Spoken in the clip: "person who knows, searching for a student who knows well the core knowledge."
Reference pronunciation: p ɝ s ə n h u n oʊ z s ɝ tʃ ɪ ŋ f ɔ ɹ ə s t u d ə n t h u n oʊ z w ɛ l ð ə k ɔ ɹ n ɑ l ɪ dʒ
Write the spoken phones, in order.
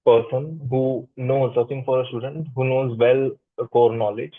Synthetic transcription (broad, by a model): p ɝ s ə n h u n oʊ z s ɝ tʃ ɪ ŋ f ɔ ɹ ə s t u d ə n t h u n oʊ z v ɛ l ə k ɔ ɹ n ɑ l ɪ dʒ